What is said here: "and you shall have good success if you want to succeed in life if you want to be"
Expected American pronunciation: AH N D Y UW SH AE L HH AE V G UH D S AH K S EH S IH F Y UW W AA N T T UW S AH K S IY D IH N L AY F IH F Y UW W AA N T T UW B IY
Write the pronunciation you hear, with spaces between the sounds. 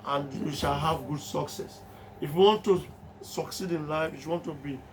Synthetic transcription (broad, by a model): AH N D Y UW SH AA L HH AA V G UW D S AH K S EH S IH F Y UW W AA N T T UW S AH K S IY D IH N L AY F IH F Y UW W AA N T T UW B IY